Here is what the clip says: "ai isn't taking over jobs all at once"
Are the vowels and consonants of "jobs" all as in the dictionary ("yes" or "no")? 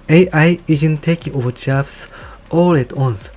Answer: no